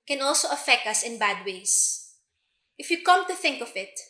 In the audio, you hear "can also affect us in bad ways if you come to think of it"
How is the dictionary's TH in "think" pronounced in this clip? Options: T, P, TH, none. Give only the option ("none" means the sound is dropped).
TH